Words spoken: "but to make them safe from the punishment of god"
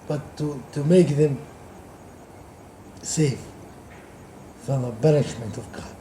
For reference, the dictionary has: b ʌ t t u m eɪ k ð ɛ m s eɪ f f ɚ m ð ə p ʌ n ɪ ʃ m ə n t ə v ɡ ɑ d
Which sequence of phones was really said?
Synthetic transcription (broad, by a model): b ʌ t t u m eɪ k ð ɛ m s eɪ f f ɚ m ð ə b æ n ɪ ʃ m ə n t ə v ɡ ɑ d